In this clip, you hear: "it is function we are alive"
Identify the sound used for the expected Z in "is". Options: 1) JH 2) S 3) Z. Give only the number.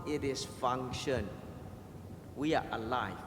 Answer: 2